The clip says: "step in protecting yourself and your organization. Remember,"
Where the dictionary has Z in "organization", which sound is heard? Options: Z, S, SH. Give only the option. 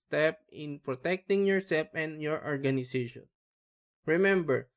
S